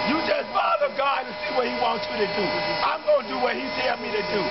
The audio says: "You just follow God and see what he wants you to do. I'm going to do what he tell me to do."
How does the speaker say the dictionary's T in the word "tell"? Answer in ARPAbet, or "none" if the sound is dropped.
S